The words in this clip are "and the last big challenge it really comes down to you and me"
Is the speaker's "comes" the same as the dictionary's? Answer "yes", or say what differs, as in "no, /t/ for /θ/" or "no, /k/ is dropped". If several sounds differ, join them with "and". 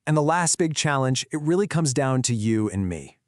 yes